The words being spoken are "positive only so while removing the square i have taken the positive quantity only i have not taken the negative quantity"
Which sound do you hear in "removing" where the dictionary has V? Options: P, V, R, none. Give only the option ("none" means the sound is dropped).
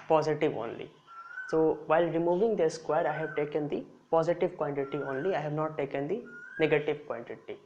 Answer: V